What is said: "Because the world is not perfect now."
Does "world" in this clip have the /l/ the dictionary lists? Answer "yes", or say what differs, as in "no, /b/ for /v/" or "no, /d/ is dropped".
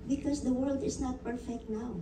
yes